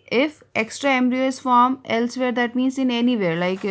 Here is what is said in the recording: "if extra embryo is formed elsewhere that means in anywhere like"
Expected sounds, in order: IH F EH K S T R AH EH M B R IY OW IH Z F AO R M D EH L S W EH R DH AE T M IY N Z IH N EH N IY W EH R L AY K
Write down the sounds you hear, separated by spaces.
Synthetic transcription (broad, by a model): IH F EH K S T R AH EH M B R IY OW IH S F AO R M EH L S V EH R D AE T M IY N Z IH N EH N IY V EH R L AY K